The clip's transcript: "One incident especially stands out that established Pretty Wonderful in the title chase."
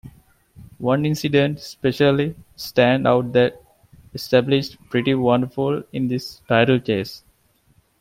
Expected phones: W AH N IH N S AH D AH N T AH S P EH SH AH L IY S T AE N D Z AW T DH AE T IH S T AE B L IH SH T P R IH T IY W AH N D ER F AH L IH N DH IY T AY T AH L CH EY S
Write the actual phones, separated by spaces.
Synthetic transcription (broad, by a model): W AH N IH N S AH D AH N T S P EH SH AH L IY S T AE N D AW T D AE T IH S T AE B L IH SH T P R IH T IY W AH N D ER F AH L IH N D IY T AY T AH L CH EY S